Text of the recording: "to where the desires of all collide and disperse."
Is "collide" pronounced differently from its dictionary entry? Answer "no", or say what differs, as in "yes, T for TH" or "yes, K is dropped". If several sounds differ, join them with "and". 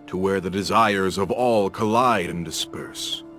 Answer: no